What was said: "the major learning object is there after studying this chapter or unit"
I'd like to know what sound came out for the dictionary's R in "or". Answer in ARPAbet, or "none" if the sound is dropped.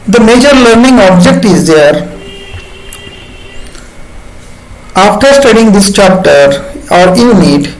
R